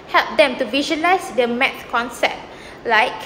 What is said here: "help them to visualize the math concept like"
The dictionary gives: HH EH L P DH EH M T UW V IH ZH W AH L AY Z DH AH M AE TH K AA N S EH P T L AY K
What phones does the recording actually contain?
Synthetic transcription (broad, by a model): HH EH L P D EH M T UW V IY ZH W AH L AY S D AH M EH T K AA N S EH P T L AY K